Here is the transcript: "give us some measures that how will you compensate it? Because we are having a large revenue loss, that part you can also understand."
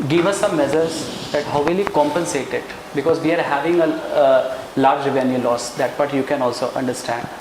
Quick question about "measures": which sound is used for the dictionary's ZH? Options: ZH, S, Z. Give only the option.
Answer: Z